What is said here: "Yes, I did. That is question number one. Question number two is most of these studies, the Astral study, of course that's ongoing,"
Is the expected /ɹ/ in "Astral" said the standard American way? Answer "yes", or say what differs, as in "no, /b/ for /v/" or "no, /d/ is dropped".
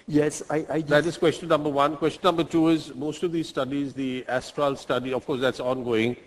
yes